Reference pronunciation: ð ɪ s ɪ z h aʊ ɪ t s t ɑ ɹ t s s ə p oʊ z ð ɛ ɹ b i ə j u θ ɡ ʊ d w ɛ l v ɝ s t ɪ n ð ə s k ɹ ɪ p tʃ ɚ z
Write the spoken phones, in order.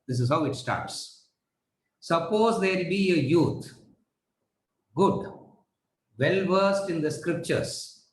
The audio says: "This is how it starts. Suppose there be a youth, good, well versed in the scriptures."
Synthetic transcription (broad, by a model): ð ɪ s ɪ z h aʊ ɪ t s t ɑ ɹ t s s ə p oʊ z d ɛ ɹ b i ə j u t ɡ ʊ d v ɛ l v ɝ s t ɪ n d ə s k ɹ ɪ p tʃ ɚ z